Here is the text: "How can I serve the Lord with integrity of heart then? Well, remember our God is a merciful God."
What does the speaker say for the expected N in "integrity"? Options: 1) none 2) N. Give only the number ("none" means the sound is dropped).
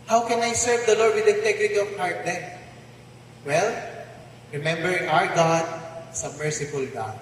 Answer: 1